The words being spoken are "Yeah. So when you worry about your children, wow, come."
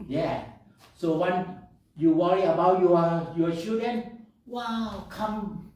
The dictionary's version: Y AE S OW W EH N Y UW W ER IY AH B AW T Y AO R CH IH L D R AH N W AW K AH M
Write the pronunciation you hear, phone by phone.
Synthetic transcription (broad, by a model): Y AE S OW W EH N Y UW W ER IY AH B AW T Y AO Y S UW D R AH N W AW K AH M